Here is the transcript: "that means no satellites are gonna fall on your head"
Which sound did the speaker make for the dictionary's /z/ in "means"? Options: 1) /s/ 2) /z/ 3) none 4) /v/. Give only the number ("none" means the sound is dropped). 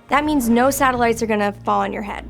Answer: 2